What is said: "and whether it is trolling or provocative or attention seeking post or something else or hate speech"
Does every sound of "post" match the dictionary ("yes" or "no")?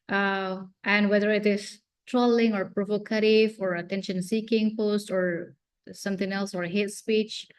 yes